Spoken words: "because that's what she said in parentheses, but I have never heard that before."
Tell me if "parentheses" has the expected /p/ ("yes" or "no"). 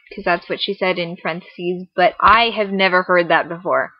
no